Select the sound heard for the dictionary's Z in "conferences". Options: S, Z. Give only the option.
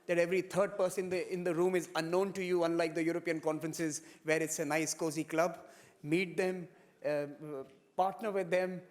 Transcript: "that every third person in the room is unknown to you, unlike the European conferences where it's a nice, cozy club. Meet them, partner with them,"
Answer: Z